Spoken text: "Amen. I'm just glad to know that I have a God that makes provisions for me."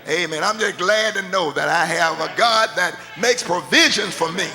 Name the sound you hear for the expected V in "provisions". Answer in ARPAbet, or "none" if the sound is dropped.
V